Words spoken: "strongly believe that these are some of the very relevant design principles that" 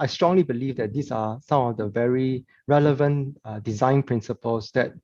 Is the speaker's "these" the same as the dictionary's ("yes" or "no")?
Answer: no